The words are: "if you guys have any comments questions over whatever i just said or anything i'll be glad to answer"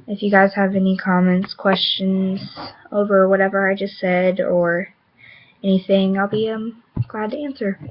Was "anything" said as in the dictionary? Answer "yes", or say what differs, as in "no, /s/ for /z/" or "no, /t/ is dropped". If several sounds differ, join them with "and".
yes